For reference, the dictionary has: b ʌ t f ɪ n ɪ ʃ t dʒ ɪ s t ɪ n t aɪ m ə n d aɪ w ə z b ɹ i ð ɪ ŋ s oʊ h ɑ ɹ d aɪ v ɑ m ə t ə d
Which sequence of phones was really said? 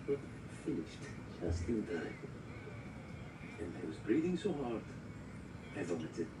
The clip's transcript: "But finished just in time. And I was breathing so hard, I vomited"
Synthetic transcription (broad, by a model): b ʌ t f ɪ n ɪ ʃ t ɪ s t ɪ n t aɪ ə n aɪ w ə z b ɹ i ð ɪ ŋ s oʊ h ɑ ɹ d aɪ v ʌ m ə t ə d